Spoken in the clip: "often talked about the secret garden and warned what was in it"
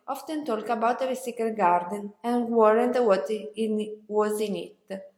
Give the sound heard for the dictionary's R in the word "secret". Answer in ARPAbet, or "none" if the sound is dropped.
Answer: none